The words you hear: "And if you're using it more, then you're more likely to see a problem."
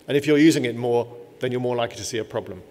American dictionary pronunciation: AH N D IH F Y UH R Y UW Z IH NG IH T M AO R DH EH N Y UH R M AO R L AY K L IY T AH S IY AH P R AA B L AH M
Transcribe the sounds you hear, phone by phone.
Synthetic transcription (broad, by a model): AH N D IH F Y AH R Y UW Z IH NG IH T M AO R DH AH N Y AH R M AO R L AY K L IY T AH S IY AH P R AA B L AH M